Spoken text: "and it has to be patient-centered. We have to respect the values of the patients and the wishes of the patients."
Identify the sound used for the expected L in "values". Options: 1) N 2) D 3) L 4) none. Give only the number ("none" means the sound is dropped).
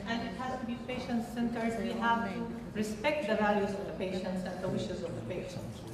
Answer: 3